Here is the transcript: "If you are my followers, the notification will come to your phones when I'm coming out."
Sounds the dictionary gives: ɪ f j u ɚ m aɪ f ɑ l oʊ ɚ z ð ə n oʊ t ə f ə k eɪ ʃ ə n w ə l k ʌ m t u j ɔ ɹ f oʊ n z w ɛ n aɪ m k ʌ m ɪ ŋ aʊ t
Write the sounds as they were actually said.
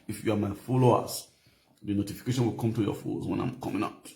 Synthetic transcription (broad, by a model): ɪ f j u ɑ m aɪ f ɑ l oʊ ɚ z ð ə n oʊ t ə f ə k eɪ ʃ ə n w ə l k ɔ m t u j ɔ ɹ f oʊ z w ɛ n aɪ m k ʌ m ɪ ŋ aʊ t